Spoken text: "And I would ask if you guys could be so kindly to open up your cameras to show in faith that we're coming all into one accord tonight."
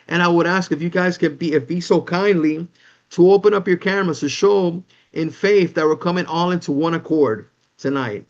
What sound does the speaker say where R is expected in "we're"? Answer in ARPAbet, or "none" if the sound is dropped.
L